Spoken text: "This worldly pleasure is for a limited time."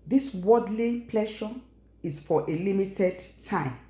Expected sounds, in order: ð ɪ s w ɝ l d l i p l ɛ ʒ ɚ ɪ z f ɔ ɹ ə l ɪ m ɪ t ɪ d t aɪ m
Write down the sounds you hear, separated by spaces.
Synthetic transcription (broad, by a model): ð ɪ s w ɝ d l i p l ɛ ʃ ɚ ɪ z f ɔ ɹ ə l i m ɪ t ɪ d t aɪ m